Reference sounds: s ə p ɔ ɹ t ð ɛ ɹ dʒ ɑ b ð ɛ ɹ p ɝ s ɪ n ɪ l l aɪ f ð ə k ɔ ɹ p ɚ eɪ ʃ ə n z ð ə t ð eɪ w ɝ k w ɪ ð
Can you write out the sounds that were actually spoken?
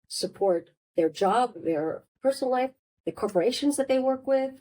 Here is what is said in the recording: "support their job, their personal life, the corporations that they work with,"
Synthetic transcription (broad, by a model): s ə p ɔ ɹ t ð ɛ ɹ dʒ ɑ b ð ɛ ɹ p ɝ s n l l aɪ f ð ə k ɔ ɹ p ɚ eɪ ʃ ə n z ð ə t ð eɪ w ɝ k w ɪ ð